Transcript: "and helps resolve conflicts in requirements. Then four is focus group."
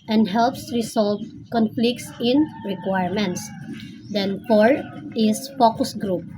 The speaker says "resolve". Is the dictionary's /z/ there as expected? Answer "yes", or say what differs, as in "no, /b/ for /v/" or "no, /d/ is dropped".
no, /s/ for /z/